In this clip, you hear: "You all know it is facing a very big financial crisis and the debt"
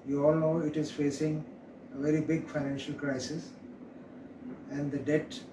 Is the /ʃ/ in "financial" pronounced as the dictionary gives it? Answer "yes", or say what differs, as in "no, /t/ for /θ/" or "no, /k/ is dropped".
yes